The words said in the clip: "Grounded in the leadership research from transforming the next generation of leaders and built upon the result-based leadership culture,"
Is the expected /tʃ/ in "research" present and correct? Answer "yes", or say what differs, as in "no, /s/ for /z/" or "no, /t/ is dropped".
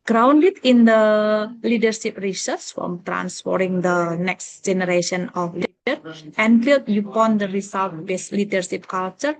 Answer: no, /s/ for /tʃ/